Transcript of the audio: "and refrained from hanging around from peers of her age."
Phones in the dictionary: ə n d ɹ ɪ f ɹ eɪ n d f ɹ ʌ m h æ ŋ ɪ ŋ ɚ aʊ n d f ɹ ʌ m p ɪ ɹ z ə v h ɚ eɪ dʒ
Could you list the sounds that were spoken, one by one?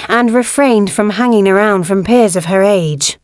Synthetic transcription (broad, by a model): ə n ɹ ɪ f ɹ eɪ n d f ɹ ʌ m h æ ŋ ɪ ŋ ɚ aʊ n d f ɹ ʌ m p ɪ ɹ z ə v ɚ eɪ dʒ